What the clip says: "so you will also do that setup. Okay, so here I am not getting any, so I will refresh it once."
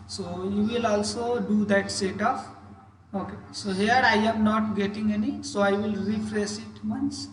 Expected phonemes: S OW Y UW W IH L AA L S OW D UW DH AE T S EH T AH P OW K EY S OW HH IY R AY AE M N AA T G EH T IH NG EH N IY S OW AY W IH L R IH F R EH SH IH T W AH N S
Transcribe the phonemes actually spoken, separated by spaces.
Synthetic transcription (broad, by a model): S OW Y UW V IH L AA L S OW D UW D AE T S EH T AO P OW K EY S OW HH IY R AY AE M N AA T G EH T IH NG EH N IY S OW AY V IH L R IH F R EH S IH T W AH N S